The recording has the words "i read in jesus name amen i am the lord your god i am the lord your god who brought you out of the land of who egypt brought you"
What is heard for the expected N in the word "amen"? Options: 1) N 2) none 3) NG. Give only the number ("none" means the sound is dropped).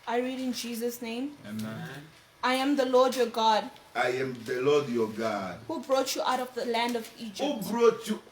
2